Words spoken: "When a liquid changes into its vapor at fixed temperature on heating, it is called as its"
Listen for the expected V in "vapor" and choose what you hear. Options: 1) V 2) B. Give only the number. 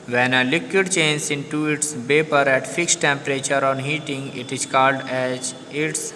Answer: 2